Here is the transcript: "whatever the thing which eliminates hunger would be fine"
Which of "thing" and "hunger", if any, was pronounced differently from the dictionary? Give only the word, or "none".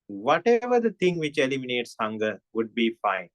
thing